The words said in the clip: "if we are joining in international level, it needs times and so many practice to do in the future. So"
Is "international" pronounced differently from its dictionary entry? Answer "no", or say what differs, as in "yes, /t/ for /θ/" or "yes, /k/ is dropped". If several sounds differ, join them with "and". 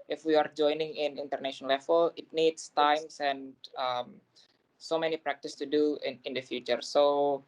yes, /n/ is dropped and /n/ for /l/